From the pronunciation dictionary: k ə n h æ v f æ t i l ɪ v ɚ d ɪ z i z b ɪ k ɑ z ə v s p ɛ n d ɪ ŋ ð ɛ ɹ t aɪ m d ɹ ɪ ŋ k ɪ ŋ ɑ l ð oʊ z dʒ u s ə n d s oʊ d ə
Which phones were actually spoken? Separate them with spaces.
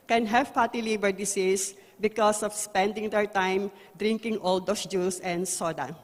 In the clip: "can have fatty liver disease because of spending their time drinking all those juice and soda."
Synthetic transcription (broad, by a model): k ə n h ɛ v p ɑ t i l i b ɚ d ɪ s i s b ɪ k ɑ s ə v s p ɛ n d ɪ ŋ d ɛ ɹ t aɪ m d ɹ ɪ ŋ k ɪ ŋ ɑ l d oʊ s dʒ u s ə n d s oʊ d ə